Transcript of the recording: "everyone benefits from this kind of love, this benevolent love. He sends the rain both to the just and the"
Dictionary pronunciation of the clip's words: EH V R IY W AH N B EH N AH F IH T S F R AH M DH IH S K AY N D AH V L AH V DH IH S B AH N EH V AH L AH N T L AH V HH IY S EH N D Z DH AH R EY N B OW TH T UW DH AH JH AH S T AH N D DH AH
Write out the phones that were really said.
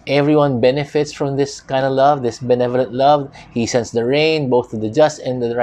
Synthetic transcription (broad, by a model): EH V R IY W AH N B EH N AH F IH T S F R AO M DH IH S K AY N D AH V L AH V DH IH S B AH N EH V AH L AH N T L AH V HH IY S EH N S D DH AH R EY N B OW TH T UW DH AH JH AH S T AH N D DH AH